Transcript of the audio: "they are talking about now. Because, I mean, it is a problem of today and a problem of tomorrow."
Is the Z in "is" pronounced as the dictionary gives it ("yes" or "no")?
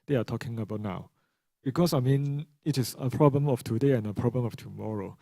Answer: no